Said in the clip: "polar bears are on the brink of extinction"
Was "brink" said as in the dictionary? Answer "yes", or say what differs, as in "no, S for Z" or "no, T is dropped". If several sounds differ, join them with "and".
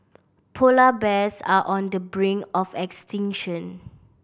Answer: no, K is dropped